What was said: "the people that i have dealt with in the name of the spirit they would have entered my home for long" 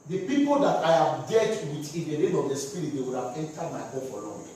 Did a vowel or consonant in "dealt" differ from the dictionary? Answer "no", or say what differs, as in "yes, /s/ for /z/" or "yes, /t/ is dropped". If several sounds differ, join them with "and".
yes, /l/ is dropped